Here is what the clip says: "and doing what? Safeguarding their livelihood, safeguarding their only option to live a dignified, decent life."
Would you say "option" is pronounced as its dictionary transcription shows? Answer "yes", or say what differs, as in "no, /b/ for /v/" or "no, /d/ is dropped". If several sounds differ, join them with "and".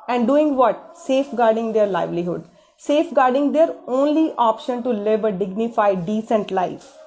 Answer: yes